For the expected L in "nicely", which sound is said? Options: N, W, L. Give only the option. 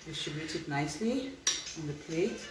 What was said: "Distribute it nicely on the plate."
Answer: L